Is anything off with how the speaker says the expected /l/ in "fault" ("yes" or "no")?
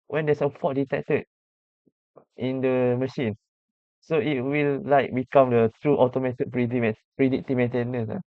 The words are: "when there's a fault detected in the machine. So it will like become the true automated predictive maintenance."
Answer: yes